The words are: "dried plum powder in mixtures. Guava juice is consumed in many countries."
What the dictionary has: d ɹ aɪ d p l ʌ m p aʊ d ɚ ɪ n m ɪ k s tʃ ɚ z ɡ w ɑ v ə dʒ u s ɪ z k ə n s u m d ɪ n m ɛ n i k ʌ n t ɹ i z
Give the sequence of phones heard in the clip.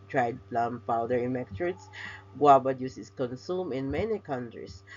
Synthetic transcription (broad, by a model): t ɹ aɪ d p l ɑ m p aʊ d ɚ ɪ n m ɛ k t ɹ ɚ s ɡ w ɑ b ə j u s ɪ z k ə n s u m ɪ n m ɛ n i k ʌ n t ɹ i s